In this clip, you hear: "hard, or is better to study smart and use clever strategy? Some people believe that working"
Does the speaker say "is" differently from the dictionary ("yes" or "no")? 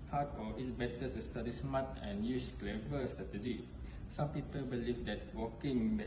yes